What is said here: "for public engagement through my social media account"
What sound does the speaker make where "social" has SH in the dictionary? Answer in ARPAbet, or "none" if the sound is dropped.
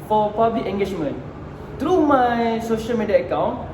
SH